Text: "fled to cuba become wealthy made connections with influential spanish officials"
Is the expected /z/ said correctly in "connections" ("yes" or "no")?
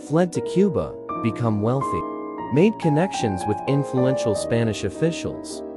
yes